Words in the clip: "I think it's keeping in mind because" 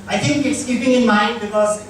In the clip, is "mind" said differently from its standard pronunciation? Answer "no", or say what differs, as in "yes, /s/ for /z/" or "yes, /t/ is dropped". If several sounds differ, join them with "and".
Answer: no